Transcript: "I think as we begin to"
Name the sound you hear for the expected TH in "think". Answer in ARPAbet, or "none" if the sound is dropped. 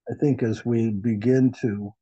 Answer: TH